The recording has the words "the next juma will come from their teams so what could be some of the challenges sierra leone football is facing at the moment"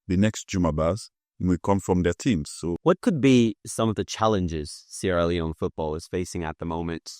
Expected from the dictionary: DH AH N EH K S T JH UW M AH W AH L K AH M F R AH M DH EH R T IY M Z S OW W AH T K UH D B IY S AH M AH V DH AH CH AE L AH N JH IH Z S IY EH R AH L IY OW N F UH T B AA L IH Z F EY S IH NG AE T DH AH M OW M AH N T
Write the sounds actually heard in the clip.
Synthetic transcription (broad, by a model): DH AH N EH K S T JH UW M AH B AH W K AH M F R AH M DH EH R T IY M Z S OW W AH T K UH D B IY S AH M AH V DH AH CH AE L AH N JH IH Z S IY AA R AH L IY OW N F UH T B AA L IH Z F EY S IH NG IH T DH AH M OW M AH N T